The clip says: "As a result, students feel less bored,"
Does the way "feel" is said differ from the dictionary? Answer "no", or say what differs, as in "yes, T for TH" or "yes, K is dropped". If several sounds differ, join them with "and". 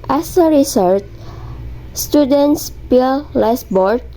yes, P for F